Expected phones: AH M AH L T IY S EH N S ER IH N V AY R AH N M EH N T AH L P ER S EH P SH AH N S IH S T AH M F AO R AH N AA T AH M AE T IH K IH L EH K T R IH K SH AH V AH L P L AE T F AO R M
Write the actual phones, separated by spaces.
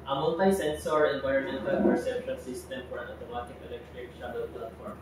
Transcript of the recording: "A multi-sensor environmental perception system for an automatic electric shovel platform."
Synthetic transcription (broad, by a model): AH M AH N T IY S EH N S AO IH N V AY AH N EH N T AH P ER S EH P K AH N S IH S T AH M F AO R AH N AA T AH M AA T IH K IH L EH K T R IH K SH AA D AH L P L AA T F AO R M